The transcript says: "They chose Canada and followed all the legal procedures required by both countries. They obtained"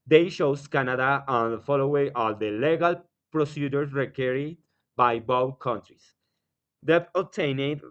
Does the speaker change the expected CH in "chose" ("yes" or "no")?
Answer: yes